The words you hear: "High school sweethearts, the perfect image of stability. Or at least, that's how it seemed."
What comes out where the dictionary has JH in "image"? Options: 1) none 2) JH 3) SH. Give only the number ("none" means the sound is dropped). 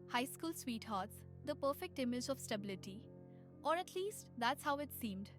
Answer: 2